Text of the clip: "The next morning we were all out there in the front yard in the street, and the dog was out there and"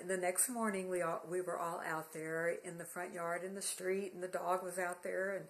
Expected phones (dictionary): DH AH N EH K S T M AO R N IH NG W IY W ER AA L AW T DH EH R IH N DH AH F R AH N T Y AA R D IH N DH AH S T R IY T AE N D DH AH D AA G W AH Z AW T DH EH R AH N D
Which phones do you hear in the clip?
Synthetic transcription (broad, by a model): DH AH N EH K S T M AO R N IH NG W IY W ER AA L AW T DH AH R IH N DH AH F R AH N T Y AA R D IH N DH AH S T R IY T N DH AH D AA G W AH Z AW T DH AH R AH N